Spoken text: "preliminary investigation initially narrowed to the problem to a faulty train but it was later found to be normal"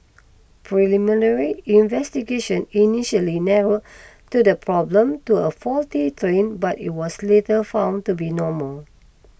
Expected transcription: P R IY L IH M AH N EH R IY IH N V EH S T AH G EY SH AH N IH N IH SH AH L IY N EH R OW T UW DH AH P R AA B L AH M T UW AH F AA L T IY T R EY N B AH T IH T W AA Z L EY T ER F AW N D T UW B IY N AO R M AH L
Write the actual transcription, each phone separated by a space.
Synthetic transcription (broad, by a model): P R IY L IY M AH N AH R IY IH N V EH S T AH G EY SH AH N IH N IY SH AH L IY N EH R OW T UW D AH P R AA B L AH M T UW AH F AA L T IY T R EY N B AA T IH T W AA S L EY T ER F AW N T UW B IY N AO M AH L